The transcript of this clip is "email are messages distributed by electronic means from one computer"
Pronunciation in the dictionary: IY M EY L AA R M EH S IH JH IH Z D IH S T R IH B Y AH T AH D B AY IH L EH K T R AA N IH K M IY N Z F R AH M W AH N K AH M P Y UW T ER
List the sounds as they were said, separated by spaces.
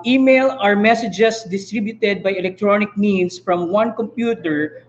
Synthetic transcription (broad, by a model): IY M EY L AA R M EH S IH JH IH S D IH S T R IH B Y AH T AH D B AY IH L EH K T R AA N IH K M IY N S F R AH M W AH N K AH M P Y UW T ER